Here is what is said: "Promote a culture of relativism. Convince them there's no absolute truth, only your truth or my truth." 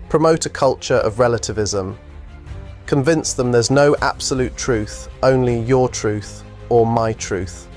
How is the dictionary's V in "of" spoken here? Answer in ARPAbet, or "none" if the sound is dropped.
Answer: V